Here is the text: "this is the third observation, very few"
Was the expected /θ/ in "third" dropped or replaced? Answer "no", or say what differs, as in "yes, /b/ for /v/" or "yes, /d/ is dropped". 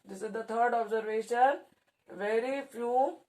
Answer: yes, /t/ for /θ/